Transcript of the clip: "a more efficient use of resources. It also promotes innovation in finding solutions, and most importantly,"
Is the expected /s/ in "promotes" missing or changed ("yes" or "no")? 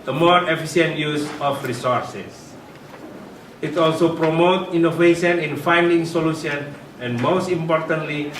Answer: yes